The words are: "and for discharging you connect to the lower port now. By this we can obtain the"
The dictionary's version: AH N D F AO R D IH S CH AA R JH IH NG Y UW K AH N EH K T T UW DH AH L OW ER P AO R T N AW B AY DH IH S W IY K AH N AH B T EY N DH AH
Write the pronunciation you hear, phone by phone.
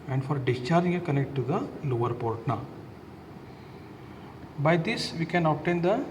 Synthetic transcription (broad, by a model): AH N D F AO R D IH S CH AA R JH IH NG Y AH K AH N EH K T T UW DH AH L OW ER P AO R T N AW B AY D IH S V IY K AH N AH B T EY N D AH